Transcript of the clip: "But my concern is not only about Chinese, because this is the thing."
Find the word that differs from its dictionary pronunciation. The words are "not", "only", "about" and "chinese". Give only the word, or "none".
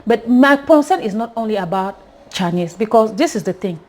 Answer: chinese